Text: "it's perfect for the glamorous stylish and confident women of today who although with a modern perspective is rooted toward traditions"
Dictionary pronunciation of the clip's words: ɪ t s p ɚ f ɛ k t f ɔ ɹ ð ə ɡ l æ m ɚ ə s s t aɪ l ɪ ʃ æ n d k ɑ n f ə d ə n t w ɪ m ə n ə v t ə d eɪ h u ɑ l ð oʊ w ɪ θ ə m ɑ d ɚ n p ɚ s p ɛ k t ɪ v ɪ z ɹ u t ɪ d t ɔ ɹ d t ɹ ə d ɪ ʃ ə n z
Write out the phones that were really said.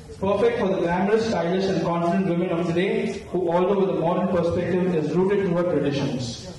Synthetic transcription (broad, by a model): p ɚ f ɛ k t f ɔ ɹ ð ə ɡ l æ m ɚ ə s s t aɪ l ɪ s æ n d k ɑ n f ə d ə n t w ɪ m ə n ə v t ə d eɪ h u ɑ l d oʊ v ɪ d ə m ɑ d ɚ n p ɚ s p ɛ k t ɪ v ɪ z ɹ u t ɪ d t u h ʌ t ɹ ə d ɪ ʃ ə n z